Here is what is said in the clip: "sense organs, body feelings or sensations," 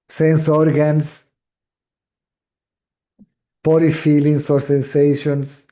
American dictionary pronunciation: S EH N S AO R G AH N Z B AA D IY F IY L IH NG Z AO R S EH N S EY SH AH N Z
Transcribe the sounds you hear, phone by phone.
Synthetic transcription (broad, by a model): S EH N S AO R G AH N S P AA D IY F IY L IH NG S AO R S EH N S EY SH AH N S